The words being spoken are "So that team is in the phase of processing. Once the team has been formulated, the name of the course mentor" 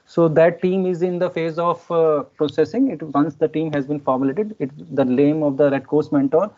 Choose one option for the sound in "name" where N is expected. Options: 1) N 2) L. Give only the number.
2